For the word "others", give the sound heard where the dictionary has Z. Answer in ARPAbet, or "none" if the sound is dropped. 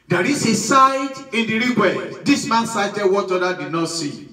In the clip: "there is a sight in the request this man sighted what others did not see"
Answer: none